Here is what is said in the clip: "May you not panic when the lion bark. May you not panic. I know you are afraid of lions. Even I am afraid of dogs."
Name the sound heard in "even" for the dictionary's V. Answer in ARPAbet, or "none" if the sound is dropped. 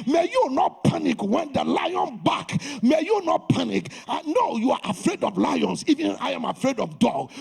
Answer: V